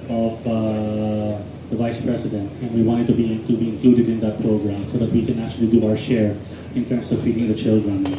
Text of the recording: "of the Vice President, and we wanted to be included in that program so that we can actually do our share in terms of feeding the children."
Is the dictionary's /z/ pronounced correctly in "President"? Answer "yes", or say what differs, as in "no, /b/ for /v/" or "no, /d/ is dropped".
no, /s/ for /z/